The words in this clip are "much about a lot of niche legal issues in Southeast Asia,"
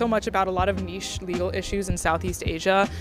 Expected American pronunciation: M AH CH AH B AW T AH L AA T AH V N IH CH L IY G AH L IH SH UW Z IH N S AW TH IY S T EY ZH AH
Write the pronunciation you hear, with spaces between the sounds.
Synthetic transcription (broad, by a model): M AH CH AH B AW T AH L AA T AH V N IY SH L IY G L IH SH UW Z IH N S AW TH IY S T EY ZH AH